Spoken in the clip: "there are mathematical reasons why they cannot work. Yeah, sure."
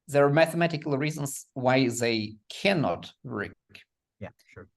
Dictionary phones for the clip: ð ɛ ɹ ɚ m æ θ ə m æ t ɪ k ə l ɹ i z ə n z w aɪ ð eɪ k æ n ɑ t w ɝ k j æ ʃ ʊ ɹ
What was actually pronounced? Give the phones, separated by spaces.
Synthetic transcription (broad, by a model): ð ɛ ɹ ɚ m æ θ ə m æ t ɪ k ə l ɹ i z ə n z w aɪ ð eɪ k æ n ɑ t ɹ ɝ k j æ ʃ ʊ ɹ